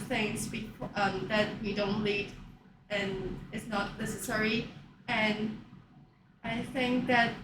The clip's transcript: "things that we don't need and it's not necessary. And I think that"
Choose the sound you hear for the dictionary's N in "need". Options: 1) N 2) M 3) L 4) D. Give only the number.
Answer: 3